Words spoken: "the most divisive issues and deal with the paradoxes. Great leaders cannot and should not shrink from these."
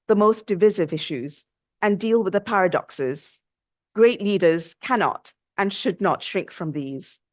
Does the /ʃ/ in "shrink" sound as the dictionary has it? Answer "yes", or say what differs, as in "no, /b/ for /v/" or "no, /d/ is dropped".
yes